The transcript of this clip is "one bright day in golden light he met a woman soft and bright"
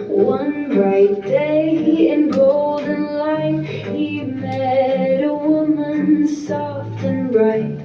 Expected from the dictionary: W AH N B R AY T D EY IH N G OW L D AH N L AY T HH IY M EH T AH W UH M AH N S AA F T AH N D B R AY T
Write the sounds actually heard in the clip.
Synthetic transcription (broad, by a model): W AH N B R AY T D EY IH N G OW L D N L AY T HH IY M EH T AH W UH M AH N S AA F T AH N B R AY T